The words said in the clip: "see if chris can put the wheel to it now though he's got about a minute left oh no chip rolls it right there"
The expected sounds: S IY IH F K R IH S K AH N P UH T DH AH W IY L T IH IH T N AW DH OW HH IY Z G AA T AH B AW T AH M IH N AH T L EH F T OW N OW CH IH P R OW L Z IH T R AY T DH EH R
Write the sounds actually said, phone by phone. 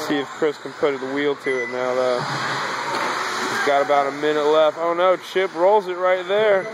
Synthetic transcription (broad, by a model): S IY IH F K R IH S K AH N P UH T DH AH W IY L T IH IH T N AW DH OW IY G AA T AH B AW T AH M IH N AH T L EH F T OW N OW CH IH P R OW L Z IH T R AY T DH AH R